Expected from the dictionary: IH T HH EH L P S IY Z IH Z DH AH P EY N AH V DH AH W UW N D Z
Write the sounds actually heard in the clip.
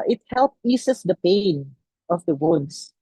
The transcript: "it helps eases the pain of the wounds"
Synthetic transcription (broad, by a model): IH T HH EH L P IY S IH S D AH P EY N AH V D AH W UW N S